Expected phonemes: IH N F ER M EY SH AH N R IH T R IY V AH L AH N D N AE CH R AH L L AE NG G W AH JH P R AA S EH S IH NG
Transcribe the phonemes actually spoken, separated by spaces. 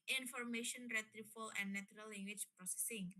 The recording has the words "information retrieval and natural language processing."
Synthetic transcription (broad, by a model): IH N F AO M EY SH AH N R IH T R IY F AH L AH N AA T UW R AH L L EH NG G W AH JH P R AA S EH S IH NG